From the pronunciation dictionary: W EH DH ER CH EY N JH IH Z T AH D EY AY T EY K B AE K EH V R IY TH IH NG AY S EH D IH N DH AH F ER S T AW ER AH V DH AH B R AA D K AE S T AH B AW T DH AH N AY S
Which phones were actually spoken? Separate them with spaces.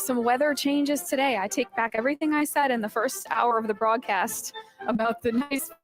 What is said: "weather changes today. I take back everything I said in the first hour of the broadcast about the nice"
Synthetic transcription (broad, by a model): W EH DH ER CH EY N JH IH Z T AH D EY AY T EY K B AE K EH V R IY TH IH NG AY S EH D IH N DH AH F ER S T AW ER AH V DH AH B R AA D K AE S T AH B AW T DH AH N AY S